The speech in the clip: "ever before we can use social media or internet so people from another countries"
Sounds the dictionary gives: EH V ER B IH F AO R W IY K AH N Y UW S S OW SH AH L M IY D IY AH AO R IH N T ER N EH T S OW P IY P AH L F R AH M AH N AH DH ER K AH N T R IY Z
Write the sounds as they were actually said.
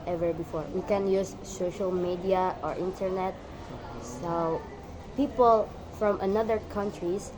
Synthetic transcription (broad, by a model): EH V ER B IH F AO R W IY K AH N Y UW S S OW SH AH L M IY D IY AH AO R IH N T ER N EH T S OW P IY P AH L F R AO M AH N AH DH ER K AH N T R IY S